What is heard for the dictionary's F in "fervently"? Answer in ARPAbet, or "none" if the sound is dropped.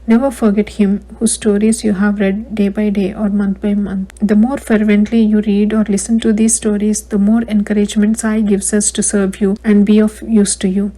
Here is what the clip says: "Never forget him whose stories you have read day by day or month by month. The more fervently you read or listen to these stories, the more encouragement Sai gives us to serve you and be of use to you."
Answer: F